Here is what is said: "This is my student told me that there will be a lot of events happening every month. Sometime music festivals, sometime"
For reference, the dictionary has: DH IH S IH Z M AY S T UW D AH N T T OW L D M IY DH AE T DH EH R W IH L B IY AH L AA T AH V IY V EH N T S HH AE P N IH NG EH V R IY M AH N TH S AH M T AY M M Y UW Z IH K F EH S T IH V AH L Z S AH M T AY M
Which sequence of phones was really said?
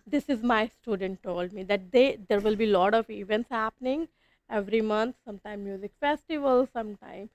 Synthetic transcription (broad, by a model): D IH S IH Z M AY S T UW D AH N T T OW L D M IY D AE T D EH R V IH L B IY L AA T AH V IY V EH N T S HH AE P N IH NG EH V R IY M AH N T S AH M T AY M M Y UW Z IH K F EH S T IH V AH L S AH M T AY M